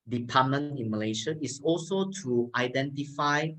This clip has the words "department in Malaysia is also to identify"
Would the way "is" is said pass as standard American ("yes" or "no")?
no